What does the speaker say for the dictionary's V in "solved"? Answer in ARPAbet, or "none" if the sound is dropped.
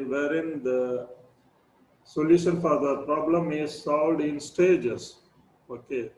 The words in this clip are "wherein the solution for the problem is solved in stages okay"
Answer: V